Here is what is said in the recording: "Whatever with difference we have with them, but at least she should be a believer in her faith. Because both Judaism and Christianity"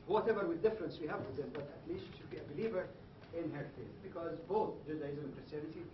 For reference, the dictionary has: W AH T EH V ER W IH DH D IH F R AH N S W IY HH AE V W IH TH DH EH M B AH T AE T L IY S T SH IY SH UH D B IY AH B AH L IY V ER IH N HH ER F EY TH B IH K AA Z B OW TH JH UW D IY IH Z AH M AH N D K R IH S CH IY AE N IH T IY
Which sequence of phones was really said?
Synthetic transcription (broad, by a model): W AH T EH V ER W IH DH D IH F R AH N S W IY HH AE V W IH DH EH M B AH T AE T L IY S T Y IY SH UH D B IY AH B AH L IY V ER IH N HH ER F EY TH B IH K AA Z B OW TH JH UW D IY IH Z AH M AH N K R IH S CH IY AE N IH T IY